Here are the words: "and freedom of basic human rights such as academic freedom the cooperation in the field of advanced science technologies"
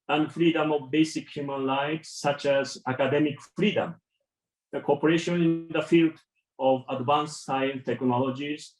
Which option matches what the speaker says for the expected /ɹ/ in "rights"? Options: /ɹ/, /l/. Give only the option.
/l/